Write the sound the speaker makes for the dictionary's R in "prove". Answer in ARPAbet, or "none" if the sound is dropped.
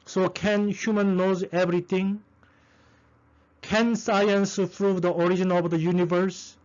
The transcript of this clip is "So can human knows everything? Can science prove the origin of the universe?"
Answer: R